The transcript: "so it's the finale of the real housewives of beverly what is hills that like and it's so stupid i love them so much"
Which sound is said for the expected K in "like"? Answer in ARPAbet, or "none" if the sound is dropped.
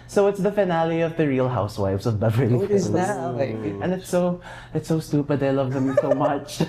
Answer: none